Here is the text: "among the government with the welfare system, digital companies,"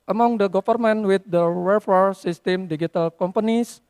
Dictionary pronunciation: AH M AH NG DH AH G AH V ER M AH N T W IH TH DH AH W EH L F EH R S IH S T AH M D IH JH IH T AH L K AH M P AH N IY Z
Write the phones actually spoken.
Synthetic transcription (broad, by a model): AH M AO NG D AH G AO F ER M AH N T W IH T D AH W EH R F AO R S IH S T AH M D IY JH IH T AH L K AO M P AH N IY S